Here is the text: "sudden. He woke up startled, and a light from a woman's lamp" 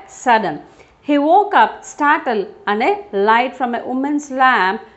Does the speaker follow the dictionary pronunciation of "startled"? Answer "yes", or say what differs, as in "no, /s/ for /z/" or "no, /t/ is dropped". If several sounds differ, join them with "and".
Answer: no, /d/ is dropped